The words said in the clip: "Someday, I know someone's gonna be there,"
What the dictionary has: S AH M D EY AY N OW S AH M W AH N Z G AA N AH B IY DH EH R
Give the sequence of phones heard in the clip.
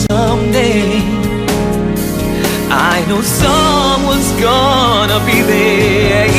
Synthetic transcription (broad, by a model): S AH M D EY AY N OW S AH M W AH N Z G AA N AH B IY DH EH